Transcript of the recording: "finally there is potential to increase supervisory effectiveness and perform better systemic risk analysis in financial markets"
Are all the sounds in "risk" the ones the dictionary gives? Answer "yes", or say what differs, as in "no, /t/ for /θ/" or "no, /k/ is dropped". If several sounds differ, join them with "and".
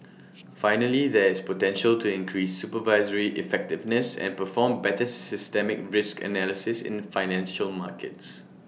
yes